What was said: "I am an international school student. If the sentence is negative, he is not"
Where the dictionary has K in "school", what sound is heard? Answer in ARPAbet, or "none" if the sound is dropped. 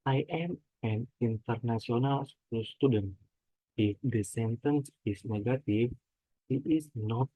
none